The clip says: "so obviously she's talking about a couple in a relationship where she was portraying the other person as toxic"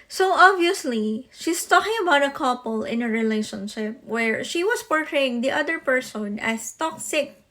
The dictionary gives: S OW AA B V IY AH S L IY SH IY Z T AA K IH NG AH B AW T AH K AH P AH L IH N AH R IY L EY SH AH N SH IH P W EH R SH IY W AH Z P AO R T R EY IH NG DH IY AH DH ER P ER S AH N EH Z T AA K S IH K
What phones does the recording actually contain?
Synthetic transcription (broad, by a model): S OW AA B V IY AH S L IY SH IY S T AA K IH NG AH B AW T AH K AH P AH L IH N AH R IY L EY SH AH N SH IH P W EH R SH IY W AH S P AO R T R EY IH NG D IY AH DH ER P ER S AH N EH S T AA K S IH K